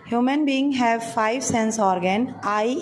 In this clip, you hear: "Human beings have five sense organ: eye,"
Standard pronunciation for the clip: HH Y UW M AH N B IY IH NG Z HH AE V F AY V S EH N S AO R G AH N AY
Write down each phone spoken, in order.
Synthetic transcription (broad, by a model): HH Y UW M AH N B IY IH NG HH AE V F AY V S EH N S AO R G AH N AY